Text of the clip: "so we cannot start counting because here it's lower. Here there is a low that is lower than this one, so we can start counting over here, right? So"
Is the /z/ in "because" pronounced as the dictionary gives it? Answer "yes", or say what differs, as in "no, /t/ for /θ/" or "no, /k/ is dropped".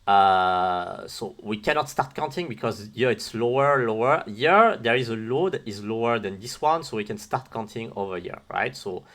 yes